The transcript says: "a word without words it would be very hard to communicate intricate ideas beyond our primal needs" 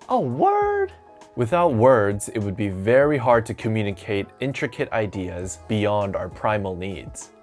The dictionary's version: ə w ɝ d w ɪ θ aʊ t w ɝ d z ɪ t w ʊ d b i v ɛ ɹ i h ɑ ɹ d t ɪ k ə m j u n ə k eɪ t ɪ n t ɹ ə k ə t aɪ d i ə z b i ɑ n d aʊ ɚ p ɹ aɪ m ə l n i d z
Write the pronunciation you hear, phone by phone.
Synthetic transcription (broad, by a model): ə w ɝ d w ɪ θ aʊ t w ɝ d z ɪ t w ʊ d b i v ɛ ɹ i h ɑ ɹ d t ɪ k ə m j u n ə k eɪ t ɪ n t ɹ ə k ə t aɪ d i ə z b i ɑ n d aʊ ɚ p ɹ aɪ m ə l n i d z